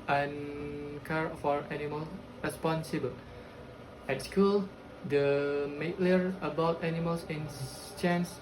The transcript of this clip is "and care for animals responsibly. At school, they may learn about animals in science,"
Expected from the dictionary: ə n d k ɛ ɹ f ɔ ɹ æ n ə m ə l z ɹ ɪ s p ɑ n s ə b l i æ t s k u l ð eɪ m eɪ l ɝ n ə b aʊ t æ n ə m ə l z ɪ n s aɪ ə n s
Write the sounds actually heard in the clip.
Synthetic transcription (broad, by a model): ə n k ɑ ɹ f ɔ ɹ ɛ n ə m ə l ɹ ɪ s p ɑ n s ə b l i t s k u l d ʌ m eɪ l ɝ ə b aʊ t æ n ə m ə l s ɪ n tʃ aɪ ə n s